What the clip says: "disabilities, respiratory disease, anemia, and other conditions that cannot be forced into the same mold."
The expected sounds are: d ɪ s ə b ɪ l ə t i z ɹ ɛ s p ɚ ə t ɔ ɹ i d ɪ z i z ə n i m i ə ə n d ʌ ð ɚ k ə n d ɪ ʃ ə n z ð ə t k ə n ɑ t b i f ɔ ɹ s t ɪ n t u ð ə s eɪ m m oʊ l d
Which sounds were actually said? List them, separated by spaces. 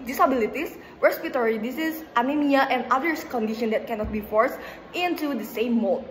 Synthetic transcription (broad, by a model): d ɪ s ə b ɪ l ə t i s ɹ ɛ s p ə t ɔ ɹ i d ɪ s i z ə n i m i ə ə n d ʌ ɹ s k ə n d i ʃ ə n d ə t k ə n ɑ t b i f ɔ ɹ s t ɪ n t u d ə s eɪ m m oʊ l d